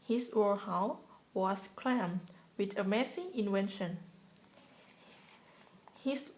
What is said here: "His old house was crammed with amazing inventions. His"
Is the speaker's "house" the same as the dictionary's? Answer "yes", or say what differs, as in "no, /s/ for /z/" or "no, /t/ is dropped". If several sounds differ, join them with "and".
no, /s/ is dropped